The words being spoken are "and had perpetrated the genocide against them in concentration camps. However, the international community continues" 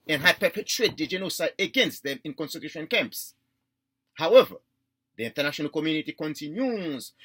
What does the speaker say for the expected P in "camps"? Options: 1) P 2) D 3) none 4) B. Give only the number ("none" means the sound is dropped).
1